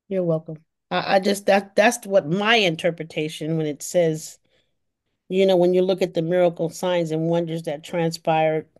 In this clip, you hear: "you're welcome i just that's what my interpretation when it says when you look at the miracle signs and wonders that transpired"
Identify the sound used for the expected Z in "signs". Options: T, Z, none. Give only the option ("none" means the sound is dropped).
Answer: Z